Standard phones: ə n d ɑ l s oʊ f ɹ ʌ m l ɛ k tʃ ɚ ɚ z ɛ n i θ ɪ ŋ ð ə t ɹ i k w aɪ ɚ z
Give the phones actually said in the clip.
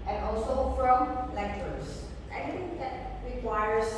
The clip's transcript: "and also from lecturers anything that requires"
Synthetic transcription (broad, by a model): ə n ɑ l s oʊ f ɹ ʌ m l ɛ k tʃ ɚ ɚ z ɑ i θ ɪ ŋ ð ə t ɹ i k w aɪ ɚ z